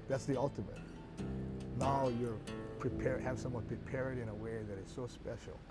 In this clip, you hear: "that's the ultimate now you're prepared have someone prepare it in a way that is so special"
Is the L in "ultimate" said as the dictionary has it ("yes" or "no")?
yes